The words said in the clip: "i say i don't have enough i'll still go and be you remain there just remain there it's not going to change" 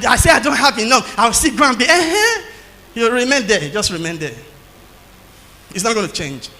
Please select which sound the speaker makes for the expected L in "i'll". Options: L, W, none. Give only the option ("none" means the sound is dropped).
W